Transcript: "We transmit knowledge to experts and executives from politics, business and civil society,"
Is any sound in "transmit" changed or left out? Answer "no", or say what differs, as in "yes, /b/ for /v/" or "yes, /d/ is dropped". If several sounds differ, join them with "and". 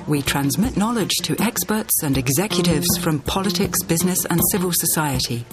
no